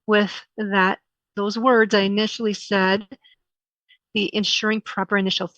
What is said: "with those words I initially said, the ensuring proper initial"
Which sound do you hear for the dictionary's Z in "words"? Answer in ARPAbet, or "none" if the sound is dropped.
Z